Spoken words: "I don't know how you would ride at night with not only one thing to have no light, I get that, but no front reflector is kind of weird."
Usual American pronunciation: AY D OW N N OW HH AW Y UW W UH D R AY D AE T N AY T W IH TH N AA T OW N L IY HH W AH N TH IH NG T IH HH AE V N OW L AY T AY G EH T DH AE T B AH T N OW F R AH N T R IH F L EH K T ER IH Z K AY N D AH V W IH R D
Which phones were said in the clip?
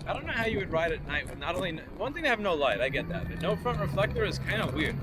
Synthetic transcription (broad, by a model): AY D OW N N OW HH AW Y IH W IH D R AY D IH T N AY T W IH N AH T OW N L IY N W AH N TH IH NG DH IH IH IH V N OW L AY T AY G EH T DH AE T B AH T N OW F R AH N T R IH F L EH K T ER IH Z K AY N D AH W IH R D